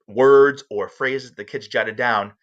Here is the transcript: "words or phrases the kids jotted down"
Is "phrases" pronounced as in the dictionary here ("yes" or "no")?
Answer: yes